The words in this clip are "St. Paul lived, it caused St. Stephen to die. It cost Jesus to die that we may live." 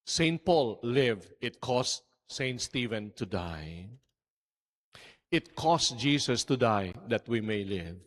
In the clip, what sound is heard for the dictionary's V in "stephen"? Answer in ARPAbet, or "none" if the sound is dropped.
V